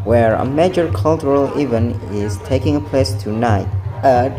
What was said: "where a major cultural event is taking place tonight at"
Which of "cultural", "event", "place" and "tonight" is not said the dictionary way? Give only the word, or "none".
event